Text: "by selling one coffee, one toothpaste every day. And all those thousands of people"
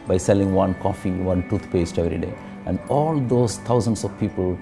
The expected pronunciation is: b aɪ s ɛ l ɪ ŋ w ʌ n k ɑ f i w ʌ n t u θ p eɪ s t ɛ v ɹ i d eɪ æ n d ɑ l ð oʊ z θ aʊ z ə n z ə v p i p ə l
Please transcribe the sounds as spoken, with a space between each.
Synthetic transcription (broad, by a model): b aɪ s ɛ l ɪ ŋ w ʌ n k ɑ f i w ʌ n t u t p eɪ s t ɛ v ɹ i d eɪ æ n d ɑ l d oʊ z t aʊ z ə n s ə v p i p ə l